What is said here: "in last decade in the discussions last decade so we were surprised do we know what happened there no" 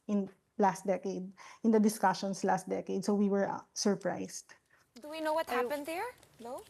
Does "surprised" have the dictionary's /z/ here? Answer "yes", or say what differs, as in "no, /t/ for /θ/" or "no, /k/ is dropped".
no, /s/ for /z/